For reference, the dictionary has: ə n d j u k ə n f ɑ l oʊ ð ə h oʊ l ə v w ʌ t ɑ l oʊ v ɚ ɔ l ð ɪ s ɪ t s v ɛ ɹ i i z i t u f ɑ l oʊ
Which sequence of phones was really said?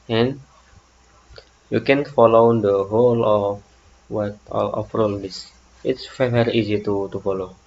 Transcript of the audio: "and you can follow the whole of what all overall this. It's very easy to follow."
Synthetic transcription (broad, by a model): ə n j u k ə n f ɑ l oʊ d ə h oʊ l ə f w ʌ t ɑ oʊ f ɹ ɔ l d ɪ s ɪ t s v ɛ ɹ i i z i t u f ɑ l oʊ